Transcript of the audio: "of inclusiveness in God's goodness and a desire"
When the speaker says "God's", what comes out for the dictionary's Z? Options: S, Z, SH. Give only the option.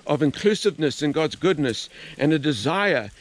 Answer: Z